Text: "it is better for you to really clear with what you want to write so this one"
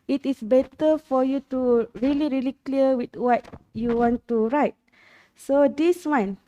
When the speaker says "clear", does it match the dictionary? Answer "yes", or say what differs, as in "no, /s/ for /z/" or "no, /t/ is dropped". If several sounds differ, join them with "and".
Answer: no, /l/ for /ɹ/